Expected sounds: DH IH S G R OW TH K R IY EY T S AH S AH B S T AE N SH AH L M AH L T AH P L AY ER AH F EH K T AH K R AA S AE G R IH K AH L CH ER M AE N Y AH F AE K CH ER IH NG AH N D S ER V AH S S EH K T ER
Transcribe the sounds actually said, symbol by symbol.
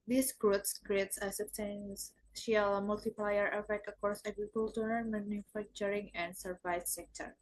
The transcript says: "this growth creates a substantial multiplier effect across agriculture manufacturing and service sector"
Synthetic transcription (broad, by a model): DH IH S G R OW S K R IY EY T S AH S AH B S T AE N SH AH L M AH L T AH P L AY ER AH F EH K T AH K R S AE G R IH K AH L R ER M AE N Y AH F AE K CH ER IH NG AH N D S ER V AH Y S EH K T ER